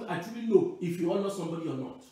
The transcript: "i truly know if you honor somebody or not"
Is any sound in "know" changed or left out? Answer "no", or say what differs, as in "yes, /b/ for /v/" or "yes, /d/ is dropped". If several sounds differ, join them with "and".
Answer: yes, /l/ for /n/